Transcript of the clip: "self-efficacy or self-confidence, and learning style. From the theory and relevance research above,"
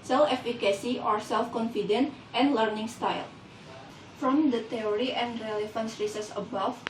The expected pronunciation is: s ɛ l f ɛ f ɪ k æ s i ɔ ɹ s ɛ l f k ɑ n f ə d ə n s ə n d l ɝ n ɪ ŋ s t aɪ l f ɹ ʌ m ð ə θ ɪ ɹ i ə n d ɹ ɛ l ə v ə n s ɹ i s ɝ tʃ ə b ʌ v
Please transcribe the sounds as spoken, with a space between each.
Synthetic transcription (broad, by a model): s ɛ l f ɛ f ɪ k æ s i ɔ ɹ s ɛ l f k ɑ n f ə d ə n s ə n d l ɝ n ɪ ŋ s t aɪ l f ɹ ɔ m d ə t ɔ ɹ i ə n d ɹ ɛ l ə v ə n s ɹ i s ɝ s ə b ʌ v